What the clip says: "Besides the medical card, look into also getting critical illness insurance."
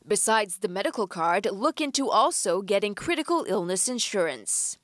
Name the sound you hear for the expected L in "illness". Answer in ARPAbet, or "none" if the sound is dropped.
L